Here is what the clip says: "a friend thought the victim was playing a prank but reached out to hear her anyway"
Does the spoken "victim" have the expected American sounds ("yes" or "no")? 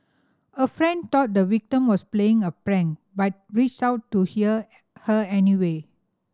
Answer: no